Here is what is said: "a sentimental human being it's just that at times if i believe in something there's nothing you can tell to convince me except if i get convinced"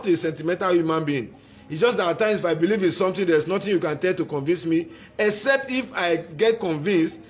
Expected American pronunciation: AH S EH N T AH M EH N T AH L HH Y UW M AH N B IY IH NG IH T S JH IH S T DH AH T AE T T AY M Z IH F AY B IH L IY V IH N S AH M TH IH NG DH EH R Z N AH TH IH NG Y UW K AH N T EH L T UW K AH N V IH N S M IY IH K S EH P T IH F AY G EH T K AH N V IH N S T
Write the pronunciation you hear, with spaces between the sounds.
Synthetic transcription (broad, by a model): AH S EH N T AH M EH N T AH L HH Y UW M AH N B IY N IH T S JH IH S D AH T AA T T AY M S IH F AY B IH L IY V IH N S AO M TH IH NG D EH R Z N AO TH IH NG Y UW K AH N T EH L T UW K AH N V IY N S M IY IH K S EH P T IH F AY G EH T K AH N V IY N S T